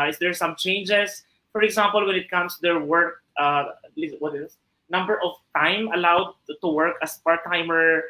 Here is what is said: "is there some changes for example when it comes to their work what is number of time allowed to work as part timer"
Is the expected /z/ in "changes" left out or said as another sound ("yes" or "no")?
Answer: yes